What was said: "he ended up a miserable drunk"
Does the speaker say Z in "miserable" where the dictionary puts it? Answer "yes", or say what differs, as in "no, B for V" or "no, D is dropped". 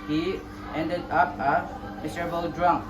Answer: no, S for Z